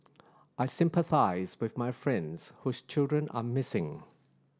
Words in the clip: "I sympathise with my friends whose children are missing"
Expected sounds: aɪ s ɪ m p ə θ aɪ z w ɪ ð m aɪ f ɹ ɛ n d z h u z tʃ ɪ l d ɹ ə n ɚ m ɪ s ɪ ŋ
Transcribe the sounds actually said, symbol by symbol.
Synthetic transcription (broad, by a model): aɪ s ɪ m p ə θ aɪ z w ɪ ð m aɪ f ɹ ɛ n d z h u z tʃ ɪ l d ɹ ə n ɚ m ɪ s ɪ ŋ